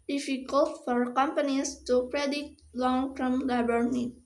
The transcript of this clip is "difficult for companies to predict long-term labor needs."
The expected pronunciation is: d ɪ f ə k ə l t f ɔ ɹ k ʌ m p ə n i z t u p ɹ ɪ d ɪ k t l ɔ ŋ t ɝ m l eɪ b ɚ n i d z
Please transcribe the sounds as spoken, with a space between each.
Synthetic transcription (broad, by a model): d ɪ f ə k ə l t f ɔ ɹ k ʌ m p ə n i s t u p ɹ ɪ d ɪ t l ɔ ŋ t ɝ m l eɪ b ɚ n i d